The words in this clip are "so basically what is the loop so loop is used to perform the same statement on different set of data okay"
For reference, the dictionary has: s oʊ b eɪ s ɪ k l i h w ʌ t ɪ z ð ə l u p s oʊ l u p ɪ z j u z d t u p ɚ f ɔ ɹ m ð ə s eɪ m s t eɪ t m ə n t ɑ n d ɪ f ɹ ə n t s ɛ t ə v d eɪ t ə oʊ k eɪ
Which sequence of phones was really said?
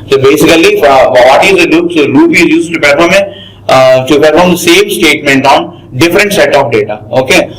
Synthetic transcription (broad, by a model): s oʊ b eɪ s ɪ k l i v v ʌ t ɪ z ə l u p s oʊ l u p ɪ z j u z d t u p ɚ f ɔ ɹ m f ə s eɪ m s t eɪ t m ə n t ɑ n d ɪ f ɹ ə n t s ɛ t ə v d eɪ t ə oʊ k eɪ